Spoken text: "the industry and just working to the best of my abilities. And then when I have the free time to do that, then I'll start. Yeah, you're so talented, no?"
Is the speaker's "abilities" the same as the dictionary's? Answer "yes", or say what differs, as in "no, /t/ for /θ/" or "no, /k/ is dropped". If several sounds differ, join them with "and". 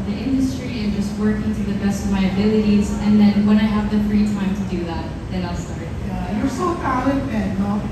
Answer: yes